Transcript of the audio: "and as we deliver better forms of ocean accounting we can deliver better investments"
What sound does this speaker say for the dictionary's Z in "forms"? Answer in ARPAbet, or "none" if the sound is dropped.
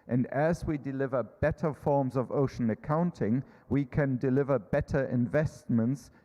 Z